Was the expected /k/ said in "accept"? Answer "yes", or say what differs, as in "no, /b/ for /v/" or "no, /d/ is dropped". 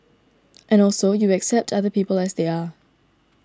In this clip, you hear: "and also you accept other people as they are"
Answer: yes